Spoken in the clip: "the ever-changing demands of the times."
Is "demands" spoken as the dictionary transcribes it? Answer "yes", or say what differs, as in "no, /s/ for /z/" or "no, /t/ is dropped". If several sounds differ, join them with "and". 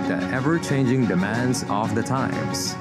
yes